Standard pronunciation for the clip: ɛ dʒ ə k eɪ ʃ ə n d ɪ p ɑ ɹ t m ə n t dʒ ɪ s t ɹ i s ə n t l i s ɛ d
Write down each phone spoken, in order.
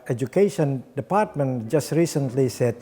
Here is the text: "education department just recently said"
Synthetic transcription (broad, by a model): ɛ dʒ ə k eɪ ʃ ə n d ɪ p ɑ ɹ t m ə n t dʒ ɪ s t ɹ i s ə n t l i s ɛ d